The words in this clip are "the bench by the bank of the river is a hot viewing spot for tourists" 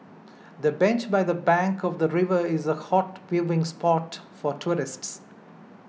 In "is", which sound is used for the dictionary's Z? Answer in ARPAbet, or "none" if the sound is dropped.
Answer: Z